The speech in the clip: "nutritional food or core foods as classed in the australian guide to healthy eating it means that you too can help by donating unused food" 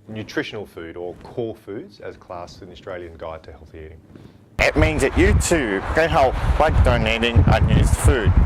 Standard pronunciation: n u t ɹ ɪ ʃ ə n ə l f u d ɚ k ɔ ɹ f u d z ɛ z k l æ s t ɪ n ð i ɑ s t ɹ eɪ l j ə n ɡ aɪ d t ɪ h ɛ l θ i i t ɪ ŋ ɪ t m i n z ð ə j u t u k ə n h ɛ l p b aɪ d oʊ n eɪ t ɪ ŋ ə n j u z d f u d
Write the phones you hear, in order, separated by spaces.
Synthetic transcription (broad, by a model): n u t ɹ ɪ ʃ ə n l f u d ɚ k ɔ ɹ f u d z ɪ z k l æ s ɪ n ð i ɑ s t ɹ eɪ l j ə n ɡ aɪ d t ɪ h ɛ l θ i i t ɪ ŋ ɪ t m i n z ð ə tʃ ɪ t u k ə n h ɛ l p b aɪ d oʊ n eɪ t ɪ ŋ ə n j u z d f u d